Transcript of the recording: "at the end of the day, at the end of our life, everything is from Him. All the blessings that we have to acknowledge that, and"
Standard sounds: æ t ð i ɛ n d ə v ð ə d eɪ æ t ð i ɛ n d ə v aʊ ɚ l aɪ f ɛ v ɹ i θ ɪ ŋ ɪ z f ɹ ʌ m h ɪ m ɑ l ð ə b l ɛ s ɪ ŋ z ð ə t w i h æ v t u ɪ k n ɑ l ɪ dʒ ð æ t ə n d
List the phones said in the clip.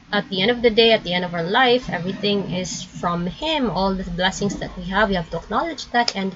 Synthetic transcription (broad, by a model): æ t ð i ɛ n d ə v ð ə d eɪ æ t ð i ɛ n d ə v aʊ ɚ l aɪ f ɛ v ɹ i θ ɪ ŋ ɪ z f ɹ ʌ m h ɪ m ɑ l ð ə b l ɛ s ɪ ŋ s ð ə t w i h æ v t u ɪ k n ɑ l ɪ dʒ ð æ t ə n d